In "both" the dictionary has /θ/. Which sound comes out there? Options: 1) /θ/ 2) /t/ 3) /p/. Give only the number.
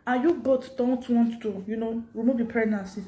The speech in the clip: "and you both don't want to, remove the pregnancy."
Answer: 2